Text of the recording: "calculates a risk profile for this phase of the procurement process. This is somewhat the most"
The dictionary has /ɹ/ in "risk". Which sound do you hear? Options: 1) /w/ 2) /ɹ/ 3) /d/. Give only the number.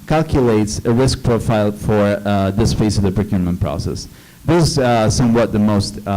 2